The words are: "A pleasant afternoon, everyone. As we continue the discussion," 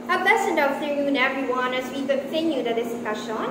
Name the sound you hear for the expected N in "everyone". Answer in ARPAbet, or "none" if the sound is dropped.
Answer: N